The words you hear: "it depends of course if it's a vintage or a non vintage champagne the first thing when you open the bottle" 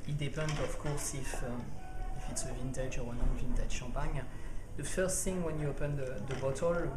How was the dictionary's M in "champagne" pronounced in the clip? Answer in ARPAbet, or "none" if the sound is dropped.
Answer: none